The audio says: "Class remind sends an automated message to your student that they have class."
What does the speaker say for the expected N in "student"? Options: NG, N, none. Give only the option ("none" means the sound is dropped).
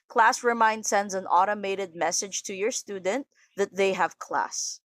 N